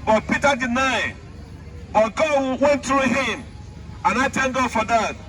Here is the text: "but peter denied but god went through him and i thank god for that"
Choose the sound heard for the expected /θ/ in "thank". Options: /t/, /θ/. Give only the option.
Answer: /t/